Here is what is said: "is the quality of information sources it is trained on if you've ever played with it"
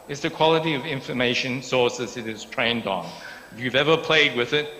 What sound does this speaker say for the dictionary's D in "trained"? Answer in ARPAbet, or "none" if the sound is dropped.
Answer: D